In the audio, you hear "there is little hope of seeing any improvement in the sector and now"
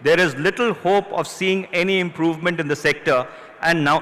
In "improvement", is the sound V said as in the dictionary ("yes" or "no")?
yes